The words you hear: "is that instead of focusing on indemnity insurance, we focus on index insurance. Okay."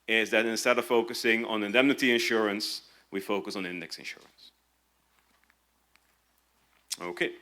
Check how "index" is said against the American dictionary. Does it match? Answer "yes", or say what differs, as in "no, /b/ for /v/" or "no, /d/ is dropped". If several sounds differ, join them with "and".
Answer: yes